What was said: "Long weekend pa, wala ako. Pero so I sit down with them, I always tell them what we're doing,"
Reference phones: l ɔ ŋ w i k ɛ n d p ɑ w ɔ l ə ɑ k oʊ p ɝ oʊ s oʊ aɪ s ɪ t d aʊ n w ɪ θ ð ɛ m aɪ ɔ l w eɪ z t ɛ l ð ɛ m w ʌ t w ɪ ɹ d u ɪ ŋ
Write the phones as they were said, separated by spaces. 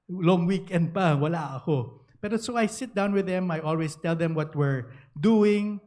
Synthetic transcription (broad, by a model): l ɔ ŋ w i k ɛ n d p ɑ w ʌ l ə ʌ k oʊ p ɝ oʊ s oʊ aɪ s ɪ t d aʊ n w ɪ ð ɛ m aɪ ɔ l w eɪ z t ɛ l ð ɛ m w ʌ t w ɪ ɹ d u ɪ ŋ